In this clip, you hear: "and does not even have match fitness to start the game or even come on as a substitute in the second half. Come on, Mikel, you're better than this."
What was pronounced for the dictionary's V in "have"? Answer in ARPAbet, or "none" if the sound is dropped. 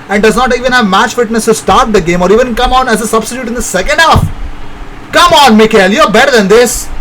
V